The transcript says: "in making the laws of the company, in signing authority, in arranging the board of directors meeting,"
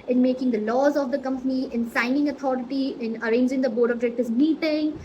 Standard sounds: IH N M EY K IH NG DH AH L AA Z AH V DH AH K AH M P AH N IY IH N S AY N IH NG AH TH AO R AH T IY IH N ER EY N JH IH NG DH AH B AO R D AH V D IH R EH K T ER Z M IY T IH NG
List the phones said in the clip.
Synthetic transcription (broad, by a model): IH N M EY K IH NG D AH L AA Z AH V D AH K AH M P AH N IY IH N S AY N IH NG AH T AO R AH T IY IH N ER EY N JH IH NG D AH B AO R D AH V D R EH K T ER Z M IY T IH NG